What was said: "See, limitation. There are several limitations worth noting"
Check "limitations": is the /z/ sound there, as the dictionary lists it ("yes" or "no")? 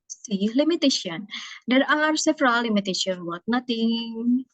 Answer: no